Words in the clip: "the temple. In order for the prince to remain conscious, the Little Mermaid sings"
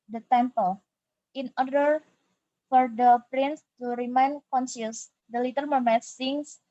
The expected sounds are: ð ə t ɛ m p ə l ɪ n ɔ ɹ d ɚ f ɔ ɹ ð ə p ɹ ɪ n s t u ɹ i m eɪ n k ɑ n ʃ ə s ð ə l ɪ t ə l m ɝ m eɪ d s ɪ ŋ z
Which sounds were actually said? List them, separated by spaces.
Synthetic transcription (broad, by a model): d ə t ɛ m p ə l ɪ n ɔ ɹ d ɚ f ɔ ɹ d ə p ɹ ɪ n s t u ɹ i m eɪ n k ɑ n s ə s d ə l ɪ t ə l m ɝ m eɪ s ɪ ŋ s